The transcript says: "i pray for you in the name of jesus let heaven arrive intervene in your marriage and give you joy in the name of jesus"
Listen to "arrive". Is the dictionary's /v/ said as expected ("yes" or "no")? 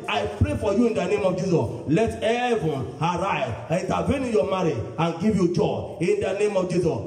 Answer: no